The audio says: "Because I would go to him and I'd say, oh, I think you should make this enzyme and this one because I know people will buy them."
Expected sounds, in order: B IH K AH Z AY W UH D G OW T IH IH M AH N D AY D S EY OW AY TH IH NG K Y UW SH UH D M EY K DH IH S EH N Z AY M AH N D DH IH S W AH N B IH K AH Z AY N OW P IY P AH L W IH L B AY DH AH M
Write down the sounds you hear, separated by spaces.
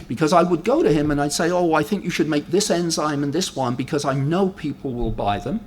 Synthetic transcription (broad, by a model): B IH K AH Z AY W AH D G OW T IH IH M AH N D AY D S EY OW AY TH IH NG K Y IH SH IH D M EY K DH IH S EH N Z AY M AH N DH IH S W AH N B IH K AH Z AY N OW P IY P L W IH L B AY DH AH M